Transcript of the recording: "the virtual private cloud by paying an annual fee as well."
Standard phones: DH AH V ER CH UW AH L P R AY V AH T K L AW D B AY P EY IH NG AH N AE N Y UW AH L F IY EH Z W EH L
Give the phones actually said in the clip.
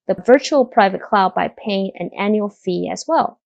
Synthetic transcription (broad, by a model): DH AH V ER CH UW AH L P R AY V AH T K L AW D B AY P EY IH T AH N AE N Y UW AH L F IY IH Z W EH L